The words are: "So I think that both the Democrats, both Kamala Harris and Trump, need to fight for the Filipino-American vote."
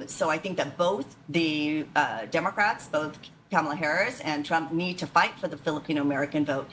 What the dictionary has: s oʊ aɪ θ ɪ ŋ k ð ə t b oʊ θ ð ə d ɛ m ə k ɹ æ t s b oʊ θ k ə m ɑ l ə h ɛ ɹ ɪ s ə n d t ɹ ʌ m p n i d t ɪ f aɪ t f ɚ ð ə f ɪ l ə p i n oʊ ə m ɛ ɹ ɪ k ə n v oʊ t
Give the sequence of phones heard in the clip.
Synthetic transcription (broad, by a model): s oʊ aɪ θ ɪ ŋ k ð ə t b oʊ θ ð ə d ɛ m ə k ɹ æ t s b oʊ θ k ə m l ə h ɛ ɹ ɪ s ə n t ɹ ʌ m p n i d t ɪ f aɪ t f ɚ ð ə f ɪ l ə p i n oʊ ə m ɛ ɹ ɪ k ə n v oʊ t